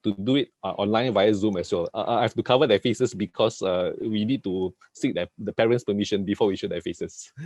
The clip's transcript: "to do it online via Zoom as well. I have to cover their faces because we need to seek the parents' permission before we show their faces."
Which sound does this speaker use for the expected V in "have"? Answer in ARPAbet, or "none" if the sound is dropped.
F